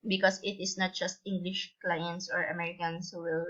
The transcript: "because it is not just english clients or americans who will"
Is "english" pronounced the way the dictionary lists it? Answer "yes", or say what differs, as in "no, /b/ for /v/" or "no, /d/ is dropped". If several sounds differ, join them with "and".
yes